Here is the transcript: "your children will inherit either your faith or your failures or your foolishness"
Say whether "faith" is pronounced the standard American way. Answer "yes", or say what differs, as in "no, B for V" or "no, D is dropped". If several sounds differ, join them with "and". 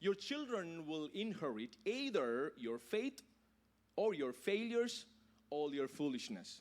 no, T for TH